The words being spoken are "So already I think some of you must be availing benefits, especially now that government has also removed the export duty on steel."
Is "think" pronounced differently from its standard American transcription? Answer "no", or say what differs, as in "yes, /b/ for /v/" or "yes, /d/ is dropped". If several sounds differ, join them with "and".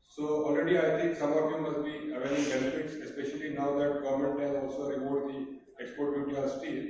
yes, /t/ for /θ/